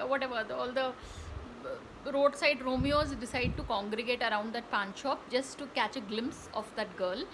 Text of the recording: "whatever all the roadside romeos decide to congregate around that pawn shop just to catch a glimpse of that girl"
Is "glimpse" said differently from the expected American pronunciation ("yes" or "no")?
no